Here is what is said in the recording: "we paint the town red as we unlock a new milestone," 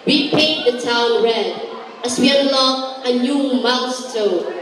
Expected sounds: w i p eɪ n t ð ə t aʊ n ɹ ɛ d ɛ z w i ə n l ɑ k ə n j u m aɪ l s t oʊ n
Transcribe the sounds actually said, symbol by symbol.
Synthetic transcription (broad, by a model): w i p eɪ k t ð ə t aʊ n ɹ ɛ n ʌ s w i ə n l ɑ ə n j u m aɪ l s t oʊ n